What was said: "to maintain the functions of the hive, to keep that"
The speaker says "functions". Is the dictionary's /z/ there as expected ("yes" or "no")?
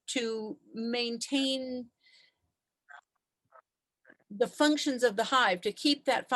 yes